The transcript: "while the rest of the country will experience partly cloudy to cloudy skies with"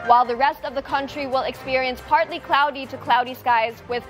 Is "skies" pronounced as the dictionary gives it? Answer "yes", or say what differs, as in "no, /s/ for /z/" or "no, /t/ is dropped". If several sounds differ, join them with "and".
yes